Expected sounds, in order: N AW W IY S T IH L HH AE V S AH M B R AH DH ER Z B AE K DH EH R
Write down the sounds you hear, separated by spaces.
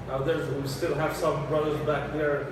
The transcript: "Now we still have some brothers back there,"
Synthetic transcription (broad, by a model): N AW W IY S T IH L HH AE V S AH M B R AH DH ER Z B AE K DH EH R